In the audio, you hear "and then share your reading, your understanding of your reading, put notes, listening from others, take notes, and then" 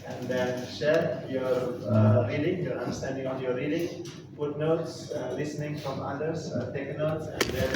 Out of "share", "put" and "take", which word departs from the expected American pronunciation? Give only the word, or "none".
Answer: put